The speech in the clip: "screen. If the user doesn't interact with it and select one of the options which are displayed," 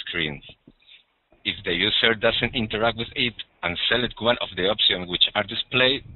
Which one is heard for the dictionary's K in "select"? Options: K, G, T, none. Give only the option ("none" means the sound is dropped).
none